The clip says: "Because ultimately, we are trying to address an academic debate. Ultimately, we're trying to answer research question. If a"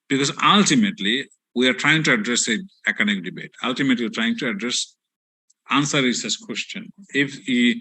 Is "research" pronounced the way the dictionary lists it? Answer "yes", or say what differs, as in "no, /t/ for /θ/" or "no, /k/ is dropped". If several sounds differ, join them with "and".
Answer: no, /s/ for /tʃ/